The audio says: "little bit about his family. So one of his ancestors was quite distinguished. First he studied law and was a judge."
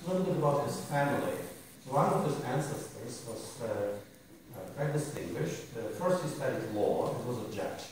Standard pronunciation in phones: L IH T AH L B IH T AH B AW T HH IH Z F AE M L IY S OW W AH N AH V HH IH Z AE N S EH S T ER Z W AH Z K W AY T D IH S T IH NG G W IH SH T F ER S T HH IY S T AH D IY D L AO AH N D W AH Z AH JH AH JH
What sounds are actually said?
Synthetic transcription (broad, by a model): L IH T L B IH T AH B AW T HH IH Z F AE M L IY S OW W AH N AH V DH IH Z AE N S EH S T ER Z W AH Z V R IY D IH S T IH NG G W IH SH T F ER S T HH IY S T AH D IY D L AO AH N W AH Z AH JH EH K